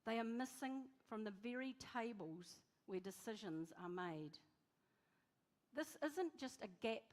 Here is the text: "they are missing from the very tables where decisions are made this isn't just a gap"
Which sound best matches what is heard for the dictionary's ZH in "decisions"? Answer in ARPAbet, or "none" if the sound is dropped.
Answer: ZH